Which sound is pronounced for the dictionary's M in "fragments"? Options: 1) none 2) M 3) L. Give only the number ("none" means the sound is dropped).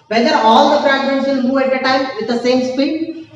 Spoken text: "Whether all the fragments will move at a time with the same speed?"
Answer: 1